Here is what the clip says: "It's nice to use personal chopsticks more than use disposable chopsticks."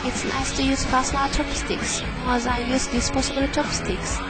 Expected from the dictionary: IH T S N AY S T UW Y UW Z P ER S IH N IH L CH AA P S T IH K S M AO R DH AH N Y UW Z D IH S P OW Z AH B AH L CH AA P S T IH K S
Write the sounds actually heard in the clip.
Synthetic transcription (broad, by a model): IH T S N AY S T UW Y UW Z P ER S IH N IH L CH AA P S T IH K S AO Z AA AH Y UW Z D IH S P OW S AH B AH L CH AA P S T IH K S